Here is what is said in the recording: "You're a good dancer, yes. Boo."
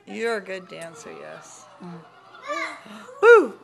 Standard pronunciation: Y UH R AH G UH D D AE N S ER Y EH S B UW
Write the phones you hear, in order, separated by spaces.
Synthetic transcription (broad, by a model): Y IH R AH G UH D D AE N S ER Y EH S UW